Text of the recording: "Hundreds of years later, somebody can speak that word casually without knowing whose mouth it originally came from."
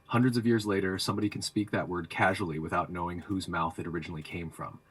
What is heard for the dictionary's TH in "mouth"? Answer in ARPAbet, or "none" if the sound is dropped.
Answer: TH